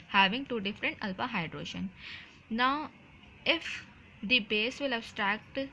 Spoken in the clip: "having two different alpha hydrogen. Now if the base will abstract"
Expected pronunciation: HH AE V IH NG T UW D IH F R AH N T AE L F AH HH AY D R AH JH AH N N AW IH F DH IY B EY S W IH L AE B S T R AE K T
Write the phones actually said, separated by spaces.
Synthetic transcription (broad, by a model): HH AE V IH NG T UW D IH F R AH N T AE L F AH HH AY D R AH SH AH N N AW IH F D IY B EY S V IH L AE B S T R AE K T